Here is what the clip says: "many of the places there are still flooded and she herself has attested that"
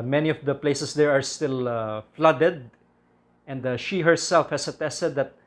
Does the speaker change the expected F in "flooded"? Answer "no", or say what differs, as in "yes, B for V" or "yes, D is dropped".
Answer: no